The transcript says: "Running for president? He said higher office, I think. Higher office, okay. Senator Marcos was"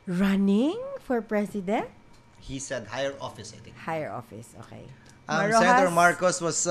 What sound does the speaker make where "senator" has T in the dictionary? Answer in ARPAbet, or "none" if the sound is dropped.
S